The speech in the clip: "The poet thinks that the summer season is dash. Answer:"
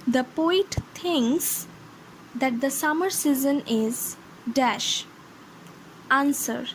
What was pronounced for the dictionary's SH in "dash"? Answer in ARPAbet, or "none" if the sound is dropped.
SH